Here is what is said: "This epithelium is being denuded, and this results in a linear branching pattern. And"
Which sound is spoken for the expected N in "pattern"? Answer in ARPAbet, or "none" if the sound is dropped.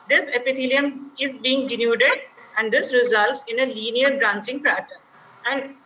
none